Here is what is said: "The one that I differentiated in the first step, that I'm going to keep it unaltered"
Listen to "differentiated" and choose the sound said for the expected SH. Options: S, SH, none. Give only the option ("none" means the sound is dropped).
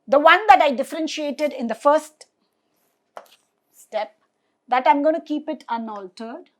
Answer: SH